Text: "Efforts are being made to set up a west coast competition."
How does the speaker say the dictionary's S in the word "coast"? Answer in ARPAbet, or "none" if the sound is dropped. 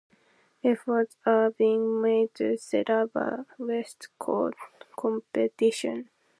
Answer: none